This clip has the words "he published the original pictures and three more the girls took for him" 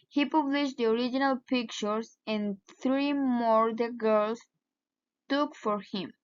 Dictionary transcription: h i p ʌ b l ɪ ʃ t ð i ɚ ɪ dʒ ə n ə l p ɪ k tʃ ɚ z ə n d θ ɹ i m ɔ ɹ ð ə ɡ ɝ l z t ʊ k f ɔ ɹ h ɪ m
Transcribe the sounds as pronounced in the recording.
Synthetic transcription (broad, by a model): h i p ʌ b l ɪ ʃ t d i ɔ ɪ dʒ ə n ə l p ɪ k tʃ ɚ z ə n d θ ɹ i m ɔ ɹ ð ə ɡ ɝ l s t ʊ k f ɔ ɹ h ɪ m